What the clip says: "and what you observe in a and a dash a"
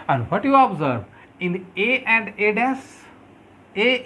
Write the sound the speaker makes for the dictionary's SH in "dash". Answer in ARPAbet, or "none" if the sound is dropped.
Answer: S